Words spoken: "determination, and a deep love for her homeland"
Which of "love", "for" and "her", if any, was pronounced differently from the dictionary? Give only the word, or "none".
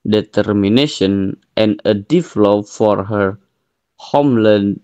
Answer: love